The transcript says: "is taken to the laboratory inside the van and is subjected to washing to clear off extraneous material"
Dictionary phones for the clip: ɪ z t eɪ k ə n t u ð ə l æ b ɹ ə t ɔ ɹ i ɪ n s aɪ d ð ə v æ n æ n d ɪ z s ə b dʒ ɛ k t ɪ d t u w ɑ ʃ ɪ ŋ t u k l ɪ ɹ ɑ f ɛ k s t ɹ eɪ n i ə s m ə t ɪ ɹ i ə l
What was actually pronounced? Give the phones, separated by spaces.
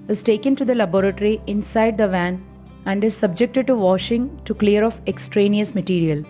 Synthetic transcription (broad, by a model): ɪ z t eɪ k ə n t u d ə l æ b ɹ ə t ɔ ɹ i ɪ n s aɪ d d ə v æ n æ n d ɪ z s ə b dʒ ɛ k t ɪ d t u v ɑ ʃ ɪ ŋ t u k l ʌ ɹ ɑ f ɛ k s t ɹ eɪ n i ə s m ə t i ɹ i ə l